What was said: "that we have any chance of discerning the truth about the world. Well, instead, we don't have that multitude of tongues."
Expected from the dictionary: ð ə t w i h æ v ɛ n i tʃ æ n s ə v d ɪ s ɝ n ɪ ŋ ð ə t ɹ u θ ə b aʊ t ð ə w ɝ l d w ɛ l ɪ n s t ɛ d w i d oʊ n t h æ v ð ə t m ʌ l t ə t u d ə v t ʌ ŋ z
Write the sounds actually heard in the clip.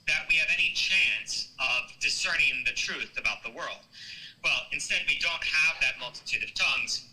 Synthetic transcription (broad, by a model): ð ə t w i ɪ v ɛ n i tʃ æ n s ə v d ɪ s ɝ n ɪ ŋ ð ə t ɹ u θ ə b aʊ t ð ə w ɝ l d w ɛ l ɪ n s t ɛ d w i d oʊ n t h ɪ v ð ə t m ʌ l t ə t u d ə v t ʌ ŋ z